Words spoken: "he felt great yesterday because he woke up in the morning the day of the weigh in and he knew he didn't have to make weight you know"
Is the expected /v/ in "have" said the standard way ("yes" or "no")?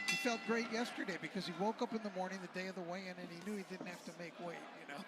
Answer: no